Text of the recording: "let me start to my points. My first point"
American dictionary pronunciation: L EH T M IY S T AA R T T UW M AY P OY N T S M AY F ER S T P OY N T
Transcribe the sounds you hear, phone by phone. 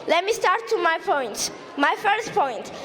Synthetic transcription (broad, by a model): L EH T M IY S T AA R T T UW M AY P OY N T M AY F ER S T P OY N T